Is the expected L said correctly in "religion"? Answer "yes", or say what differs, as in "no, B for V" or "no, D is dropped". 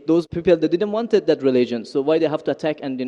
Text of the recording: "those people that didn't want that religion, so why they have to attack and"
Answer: yes